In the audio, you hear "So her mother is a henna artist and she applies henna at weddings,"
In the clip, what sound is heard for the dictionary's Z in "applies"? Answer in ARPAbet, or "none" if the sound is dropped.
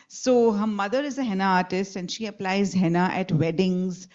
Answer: Z